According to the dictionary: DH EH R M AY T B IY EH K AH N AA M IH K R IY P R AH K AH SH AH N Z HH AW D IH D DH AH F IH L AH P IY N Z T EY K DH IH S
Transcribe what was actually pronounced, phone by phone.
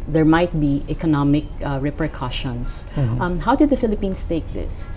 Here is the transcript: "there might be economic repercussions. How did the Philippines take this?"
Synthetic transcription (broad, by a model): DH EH R M AY T B IY EH K AH N AA M IH K R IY P R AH K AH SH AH N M HH AW D IH D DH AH F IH L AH P IY N S T EY K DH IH S